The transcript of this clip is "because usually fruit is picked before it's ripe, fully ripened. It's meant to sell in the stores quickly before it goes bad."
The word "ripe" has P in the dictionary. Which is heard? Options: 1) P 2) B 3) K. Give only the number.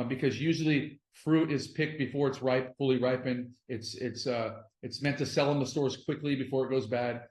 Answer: 1